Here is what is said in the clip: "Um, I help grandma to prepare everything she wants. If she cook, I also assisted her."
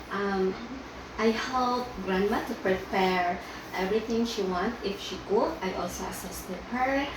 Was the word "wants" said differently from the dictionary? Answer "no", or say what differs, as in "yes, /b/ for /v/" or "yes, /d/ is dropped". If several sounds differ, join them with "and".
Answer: yes, /s/ is dropped